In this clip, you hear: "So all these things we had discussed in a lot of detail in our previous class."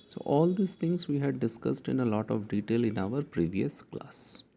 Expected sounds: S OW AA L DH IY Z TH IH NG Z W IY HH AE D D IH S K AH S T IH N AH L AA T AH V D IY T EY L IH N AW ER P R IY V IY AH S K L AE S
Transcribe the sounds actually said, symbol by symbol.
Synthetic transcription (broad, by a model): S OW AA L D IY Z T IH NG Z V IY HH AE D D IH S K AH S T IH N AH L AA T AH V D IY T EY L IH N AW ER P R IY V IY AH S K L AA S